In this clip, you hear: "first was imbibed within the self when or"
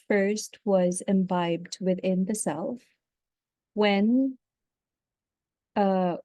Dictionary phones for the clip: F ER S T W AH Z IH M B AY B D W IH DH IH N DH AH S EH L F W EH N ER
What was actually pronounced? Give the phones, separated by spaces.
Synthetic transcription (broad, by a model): F ER S T W AH Z IH M B AY B D W IH DH IH N DH AH S EH L F W EH N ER